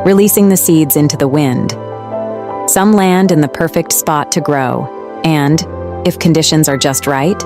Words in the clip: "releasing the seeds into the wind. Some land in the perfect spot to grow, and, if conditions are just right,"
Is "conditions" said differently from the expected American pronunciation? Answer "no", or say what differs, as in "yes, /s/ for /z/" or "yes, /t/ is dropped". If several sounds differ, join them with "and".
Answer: no